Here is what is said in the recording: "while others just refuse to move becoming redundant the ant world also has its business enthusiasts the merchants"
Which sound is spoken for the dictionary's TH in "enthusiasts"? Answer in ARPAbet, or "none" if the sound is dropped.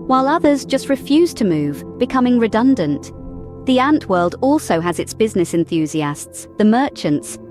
TH